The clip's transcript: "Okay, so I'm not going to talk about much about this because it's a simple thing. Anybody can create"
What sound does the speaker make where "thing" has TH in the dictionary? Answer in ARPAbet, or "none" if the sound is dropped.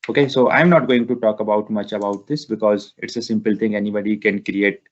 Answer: T